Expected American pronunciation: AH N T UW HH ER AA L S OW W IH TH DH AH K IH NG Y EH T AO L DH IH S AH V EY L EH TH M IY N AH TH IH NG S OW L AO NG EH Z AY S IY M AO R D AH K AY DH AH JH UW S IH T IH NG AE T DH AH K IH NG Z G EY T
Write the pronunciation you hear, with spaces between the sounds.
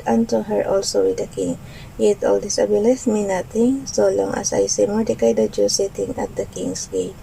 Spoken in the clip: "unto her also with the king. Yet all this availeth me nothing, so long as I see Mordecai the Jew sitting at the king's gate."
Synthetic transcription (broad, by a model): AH N T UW HH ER AA L S OW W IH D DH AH K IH NG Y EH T AO L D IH S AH B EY L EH S M IY N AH T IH NG S OW L AO NG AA S AY S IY M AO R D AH K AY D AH JH UW S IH T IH NG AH T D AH K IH NG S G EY